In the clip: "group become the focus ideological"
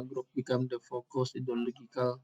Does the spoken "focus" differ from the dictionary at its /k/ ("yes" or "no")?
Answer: no